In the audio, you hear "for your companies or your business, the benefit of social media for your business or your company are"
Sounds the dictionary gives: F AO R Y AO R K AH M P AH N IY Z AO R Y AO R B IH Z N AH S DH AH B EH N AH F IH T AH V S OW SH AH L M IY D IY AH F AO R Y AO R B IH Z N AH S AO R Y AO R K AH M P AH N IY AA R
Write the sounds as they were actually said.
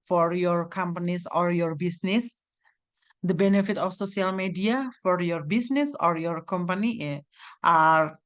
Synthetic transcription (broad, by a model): F AO R Y AO R K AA M P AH N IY S AO R Y AO R B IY S N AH S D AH B EH N AH F IH T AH F S OW S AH L M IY D IY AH F AO R Y AO R B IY S N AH S AO R Y AO R K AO M P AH N IY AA R